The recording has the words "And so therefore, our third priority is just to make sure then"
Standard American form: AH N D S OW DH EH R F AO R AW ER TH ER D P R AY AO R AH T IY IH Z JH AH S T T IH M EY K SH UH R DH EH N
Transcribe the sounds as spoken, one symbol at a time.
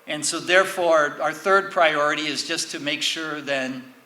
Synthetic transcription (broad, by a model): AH N S OW DH EH R F AO R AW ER TH ER D P R AY AO R AH T IY IH Z JH AH S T T IH M EY K SH UH R DH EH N